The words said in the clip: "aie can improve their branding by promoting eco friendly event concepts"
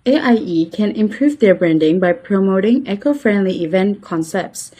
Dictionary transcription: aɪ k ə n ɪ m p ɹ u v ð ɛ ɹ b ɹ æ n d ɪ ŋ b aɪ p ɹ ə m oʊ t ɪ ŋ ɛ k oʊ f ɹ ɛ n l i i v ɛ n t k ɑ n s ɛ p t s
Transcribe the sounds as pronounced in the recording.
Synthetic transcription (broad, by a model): aɪ k ə n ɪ m p ɹ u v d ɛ b ɹ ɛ n d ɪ ŋ b aɪ p ɹ ə m oʊ t ɪ ŋ ɛ k oʊ f ɹ ɛ n l i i v ɛ n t k ɑ n s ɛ p t s